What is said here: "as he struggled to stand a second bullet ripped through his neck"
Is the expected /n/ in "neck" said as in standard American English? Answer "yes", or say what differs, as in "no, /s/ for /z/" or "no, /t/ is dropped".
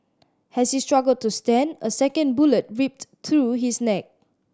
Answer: yes